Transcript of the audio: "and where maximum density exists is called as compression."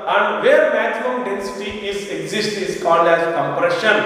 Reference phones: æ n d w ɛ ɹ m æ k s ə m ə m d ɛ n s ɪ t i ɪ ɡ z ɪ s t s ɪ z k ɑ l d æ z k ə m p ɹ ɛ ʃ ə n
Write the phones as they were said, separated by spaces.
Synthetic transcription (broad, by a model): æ n d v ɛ ɹ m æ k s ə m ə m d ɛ n s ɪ t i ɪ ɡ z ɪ s t ɪ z k ɑ l d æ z k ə m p ɹ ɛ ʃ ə n